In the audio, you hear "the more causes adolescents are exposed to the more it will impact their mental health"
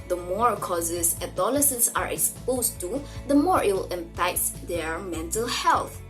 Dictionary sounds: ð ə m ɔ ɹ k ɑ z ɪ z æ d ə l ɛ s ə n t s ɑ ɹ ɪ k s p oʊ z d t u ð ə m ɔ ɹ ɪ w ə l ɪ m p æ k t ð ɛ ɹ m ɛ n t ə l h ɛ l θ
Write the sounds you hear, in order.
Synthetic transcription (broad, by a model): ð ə m ɔ ɹ k ɑ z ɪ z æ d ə l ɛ s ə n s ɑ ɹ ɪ k s p oʊ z t u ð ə m ɔ ɹ ɪ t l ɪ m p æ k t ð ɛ ɹ m ɛ n t ə l h ɛ l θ